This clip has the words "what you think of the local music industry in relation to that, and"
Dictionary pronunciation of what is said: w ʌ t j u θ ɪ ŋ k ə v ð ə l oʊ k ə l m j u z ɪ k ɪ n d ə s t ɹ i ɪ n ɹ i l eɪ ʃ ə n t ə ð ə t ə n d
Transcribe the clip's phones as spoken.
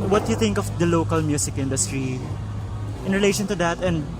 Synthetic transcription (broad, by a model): w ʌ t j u θ ɪ ŋ k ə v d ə l oʊ k ə l m j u s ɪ k ɪ n d ə s t ɹ i ɪ n ɹ i l eɪ ʃ ə n t ə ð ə t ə n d